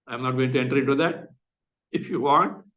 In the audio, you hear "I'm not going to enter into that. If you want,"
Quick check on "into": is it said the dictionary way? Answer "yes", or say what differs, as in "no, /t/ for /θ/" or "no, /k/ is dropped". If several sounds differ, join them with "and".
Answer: no, /n/ is dropped